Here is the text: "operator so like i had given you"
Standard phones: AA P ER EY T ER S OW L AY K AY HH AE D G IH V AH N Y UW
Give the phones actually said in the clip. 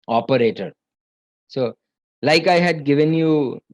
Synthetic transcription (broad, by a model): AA P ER EY T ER S OW L AY K AY HH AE D G IH V AH N Y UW